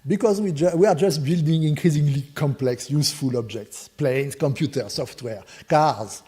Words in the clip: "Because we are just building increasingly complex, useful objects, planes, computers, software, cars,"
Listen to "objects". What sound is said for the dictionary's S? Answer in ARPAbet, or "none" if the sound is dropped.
S